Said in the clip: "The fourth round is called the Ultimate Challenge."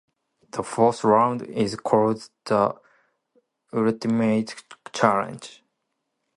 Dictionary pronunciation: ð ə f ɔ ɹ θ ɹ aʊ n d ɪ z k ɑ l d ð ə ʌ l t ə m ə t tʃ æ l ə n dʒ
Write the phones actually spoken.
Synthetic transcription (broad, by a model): ð ə f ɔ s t ɹ aʊ n d ɪ z k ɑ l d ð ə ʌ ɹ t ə m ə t tʃ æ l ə n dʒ